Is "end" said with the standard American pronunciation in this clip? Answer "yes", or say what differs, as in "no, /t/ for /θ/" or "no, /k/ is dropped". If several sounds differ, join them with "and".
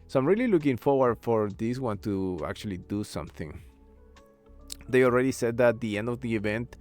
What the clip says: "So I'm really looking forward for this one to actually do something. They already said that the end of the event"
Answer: yes